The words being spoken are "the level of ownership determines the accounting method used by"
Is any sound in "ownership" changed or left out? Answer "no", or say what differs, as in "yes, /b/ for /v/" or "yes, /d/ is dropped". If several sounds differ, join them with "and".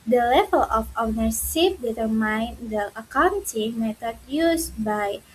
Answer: yes, /s/ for /ʃ/